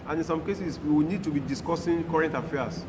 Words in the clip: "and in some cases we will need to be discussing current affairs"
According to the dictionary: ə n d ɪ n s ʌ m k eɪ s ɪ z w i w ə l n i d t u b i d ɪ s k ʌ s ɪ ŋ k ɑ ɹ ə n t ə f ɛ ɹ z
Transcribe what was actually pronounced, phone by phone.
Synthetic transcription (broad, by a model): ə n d ɪ n s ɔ m k eɪ s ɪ s w i w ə n i d t u b i d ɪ s k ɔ s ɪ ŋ k ɑ ɹ ə n t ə f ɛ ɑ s